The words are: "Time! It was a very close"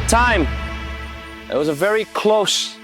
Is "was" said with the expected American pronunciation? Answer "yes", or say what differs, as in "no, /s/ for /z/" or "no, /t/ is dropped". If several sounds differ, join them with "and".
yes